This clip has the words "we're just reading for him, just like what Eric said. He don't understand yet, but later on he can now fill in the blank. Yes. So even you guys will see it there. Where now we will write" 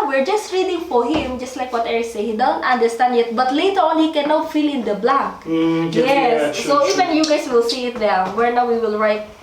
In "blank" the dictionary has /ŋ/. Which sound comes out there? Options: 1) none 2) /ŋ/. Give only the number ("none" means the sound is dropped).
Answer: 1